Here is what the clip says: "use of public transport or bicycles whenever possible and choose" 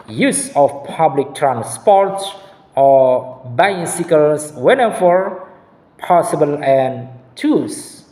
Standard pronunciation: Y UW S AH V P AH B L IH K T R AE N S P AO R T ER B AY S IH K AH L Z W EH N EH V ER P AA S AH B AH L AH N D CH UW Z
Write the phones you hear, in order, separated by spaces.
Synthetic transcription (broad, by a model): Y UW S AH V P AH B L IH K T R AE N S P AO R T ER B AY S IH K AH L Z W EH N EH F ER P AA S AH B AH L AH N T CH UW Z